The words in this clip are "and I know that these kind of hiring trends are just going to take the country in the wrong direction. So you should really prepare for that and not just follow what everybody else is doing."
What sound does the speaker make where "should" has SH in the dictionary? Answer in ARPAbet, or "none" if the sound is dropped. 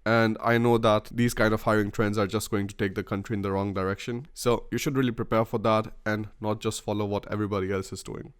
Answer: SH